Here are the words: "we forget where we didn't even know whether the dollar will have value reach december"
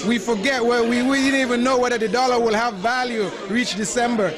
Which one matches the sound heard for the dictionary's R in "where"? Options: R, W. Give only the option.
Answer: W